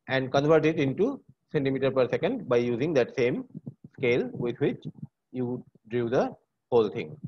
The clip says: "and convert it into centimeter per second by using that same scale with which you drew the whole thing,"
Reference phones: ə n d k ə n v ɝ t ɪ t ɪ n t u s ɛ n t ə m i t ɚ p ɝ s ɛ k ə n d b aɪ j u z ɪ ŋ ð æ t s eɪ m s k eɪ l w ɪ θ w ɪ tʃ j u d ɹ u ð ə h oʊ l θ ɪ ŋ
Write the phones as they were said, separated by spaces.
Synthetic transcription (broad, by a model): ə n d k ə n v ɝ t ɪ t ɪ n t u s ɛ n t ə m i t ɚ p ɝ s ɛ k ə n d b aɪ j u z ɪ ŋ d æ t s eɪ m s k eɪ l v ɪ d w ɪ tʃ j u d ɹ u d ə h oʊ l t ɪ ŋ